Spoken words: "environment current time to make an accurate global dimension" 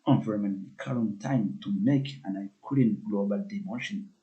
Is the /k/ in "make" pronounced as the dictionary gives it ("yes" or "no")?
yes